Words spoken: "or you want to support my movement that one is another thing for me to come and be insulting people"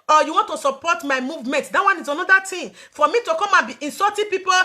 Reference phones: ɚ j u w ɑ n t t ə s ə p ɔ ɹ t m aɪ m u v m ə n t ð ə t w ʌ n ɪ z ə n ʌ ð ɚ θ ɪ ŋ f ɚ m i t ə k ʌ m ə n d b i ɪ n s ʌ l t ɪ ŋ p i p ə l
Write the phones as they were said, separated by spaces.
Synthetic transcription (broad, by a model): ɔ j u w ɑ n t t ə s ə p ɔ t m aɪ m u v m ə n t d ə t w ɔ n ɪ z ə n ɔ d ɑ t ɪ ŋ f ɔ m i t ə k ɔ m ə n b i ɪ n s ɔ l t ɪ p i p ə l